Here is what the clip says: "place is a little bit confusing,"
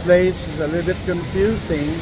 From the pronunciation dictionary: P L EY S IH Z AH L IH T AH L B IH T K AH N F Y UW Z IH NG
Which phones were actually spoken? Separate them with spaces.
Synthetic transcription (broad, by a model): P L EY S IH Z AH L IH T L B IH T K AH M F Y UW Z IH NG